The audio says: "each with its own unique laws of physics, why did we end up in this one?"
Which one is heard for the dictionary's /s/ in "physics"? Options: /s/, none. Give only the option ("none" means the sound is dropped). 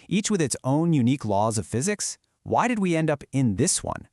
/s/